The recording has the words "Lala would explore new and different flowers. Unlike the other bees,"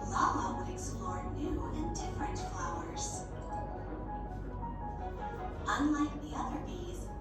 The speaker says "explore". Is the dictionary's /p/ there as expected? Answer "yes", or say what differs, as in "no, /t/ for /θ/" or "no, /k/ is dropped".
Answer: no, /p/ is dropped